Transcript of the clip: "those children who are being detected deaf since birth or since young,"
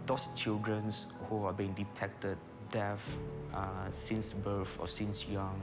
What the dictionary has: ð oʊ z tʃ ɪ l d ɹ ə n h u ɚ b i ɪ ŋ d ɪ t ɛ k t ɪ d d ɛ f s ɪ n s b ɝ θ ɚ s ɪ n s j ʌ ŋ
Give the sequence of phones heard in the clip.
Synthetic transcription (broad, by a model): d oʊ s tʃ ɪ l d ɹ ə n h u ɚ b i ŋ d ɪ t ɛ k t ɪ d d ɛ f s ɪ n s b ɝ f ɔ s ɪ n s j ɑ ŋ